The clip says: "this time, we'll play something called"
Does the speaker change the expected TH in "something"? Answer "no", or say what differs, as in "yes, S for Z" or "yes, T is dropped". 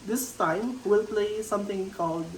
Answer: yes, T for TH